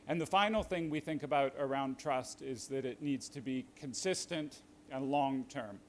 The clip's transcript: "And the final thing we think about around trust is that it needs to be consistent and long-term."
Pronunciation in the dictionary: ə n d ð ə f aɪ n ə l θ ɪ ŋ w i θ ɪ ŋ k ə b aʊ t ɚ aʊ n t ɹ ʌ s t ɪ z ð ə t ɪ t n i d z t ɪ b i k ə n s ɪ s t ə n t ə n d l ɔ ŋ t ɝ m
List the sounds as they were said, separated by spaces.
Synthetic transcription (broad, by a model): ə n ð ə f aɪ n l θ ɪ ŋ w i θ ɪ ŋ k ə b aʊ t ɚ aʊ n t ɹ ʌ s t ɪ z ð ə t ɪ t n i d z t ɪ b i k ə n s ɪ s t ə n t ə n l ɔ ŋ t ɝ m